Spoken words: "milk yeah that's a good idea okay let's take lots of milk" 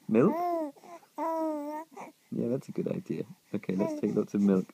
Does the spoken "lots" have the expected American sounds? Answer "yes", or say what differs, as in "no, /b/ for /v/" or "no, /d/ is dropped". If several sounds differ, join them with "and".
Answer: no, /s/ is dropped